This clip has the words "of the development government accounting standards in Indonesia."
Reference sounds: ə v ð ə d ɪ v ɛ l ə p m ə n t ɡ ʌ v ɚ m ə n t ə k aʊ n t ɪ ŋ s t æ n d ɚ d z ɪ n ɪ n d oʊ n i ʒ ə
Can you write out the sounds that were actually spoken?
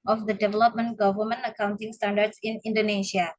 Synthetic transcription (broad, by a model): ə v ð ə d ɪ v ɛ l ə p m ə n t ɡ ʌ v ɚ m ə n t ə k aʊ n t ɪ ŋ s t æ n d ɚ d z ɪ n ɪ n d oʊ n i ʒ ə